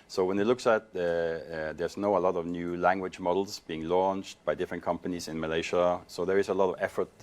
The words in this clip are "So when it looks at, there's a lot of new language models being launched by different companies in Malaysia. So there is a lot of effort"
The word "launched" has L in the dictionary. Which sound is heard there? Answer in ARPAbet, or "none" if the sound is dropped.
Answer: L